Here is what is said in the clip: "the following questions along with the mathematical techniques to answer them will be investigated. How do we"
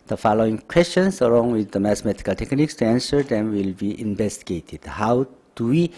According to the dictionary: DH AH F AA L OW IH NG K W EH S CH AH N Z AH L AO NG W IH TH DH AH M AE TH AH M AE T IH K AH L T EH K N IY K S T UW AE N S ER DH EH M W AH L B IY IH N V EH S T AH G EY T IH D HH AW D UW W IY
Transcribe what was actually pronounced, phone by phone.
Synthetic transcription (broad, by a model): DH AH F AA L OW IH NG K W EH S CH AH N S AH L AO NG W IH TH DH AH M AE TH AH M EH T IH K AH L T EH K N IY K S T UW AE N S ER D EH M W AH L B IY IH N V EH S T AH G EY T IH D HH AW D UW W IY